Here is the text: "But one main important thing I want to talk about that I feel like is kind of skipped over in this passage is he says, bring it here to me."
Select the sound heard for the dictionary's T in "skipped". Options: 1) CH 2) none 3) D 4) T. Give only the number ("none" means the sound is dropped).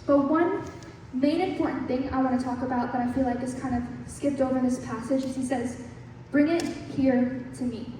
4